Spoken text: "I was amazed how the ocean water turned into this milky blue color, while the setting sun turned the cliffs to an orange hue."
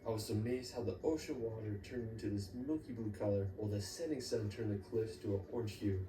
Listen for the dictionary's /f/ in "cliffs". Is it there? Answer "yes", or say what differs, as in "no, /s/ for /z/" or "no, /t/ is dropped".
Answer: yes